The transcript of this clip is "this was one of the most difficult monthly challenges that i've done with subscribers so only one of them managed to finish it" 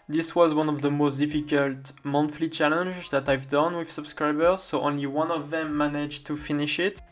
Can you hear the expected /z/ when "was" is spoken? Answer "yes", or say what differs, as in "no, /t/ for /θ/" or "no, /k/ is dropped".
yes